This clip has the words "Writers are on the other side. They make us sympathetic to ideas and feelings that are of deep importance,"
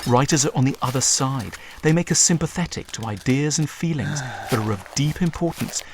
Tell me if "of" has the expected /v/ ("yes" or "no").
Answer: yes